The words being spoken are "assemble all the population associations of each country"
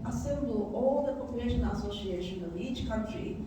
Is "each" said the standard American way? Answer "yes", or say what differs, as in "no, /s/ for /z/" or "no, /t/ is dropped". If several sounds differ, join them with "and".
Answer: yes